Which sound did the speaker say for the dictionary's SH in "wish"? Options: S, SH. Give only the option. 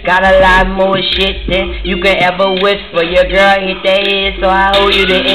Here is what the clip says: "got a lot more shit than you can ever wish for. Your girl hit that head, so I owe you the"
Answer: S